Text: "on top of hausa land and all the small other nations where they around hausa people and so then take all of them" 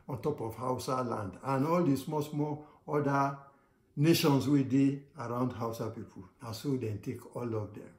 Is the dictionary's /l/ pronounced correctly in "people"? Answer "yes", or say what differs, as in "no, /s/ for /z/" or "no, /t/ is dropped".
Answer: no, /n/ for /l/